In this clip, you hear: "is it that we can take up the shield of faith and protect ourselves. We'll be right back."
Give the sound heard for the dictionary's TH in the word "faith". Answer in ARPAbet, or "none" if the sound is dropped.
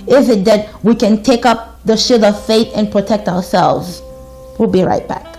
TH